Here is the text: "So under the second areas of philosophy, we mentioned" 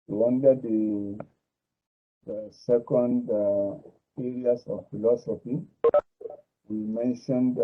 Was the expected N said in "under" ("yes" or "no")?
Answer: no